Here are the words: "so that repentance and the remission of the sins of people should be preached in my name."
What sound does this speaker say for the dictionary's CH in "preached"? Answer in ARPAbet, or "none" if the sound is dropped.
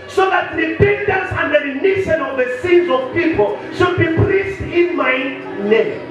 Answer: S